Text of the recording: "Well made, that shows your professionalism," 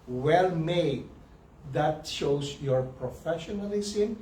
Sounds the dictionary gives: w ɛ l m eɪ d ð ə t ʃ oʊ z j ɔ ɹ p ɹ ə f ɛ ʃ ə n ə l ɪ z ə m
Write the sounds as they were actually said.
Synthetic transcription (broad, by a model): w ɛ l m eɪ d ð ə t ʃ oʊ s j ɔ ɹ p ɹ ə f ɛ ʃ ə n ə l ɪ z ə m